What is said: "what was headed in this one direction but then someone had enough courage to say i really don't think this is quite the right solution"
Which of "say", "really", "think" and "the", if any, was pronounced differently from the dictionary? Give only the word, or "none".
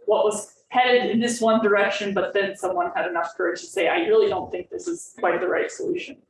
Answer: none